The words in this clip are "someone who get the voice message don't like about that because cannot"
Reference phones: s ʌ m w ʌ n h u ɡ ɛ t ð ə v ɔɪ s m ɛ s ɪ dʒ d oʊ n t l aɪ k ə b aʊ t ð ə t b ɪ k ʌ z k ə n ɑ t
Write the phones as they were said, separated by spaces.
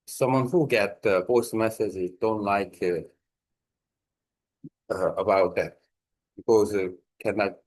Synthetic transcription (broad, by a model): s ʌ m w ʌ n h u ɡ ɛ t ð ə b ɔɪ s m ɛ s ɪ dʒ d oʊ n t l aɪ k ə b aʊ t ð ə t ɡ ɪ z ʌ k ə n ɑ